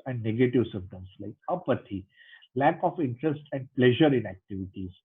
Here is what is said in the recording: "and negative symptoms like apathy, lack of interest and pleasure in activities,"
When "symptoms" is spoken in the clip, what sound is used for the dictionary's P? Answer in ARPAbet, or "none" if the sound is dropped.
none